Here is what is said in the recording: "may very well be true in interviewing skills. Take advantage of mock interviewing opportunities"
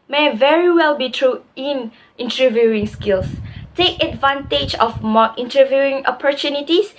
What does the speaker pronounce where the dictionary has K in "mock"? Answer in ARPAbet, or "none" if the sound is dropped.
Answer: none